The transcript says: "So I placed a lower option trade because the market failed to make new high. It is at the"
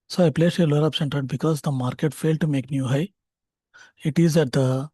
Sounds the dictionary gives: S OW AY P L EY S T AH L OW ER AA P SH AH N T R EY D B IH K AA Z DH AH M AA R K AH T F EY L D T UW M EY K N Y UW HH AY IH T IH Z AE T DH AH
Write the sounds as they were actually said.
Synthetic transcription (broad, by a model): S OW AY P L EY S AH L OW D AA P S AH N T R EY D B IH K AA Z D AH M AA R K AH T F EY L D T UW M EY K N Y UW HH AY IH T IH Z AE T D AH